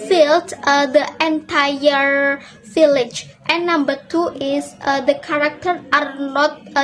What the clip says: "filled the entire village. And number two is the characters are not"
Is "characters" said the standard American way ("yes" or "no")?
no